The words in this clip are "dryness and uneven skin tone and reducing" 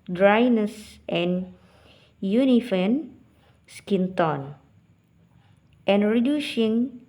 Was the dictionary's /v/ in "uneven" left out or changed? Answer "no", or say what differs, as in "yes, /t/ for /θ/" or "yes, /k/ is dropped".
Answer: yes, /f/ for /v/